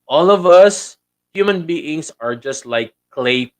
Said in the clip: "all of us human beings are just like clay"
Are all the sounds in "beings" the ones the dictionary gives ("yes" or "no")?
no